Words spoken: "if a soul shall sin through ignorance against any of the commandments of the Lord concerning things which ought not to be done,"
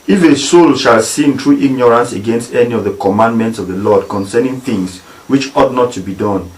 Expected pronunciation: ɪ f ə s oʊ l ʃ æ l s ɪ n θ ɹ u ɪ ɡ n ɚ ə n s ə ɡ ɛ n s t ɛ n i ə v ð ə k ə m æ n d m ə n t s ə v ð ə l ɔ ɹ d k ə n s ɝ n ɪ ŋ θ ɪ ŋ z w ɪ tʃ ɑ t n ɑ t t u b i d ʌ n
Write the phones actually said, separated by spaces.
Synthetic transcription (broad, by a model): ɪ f ə s oʊ l ʃ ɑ l s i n t ɹ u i ɡ n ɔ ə n s ə ɡ ɛ n s t ɛ n i ə v ð ə k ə m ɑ n d m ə n t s ə v ð ə l ɔ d k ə n s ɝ n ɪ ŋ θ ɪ ŋ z w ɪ tʃ ɑ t n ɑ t t u b i d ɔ n